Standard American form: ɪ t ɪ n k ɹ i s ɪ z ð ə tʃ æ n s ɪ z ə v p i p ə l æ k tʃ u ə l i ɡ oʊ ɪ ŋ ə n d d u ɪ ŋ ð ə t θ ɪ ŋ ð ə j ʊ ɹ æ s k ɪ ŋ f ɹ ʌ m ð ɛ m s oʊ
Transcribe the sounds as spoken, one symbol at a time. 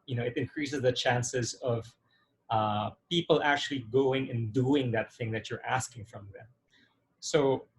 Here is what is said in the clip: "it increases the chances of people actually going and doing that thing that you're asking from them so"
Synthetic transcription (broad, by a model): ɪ t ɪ n k ɹ i s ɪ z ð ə tʃ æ n s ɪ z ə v p i p ə l æ k tʃ u ə l i ɡ oʊ ɪ ŋ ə n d d u ɪ ŋ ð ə t θ ɪ ŋ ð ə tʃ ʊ ɹ æ s k ɪ ŋ f ɹ ʌ m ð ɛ m s oʊ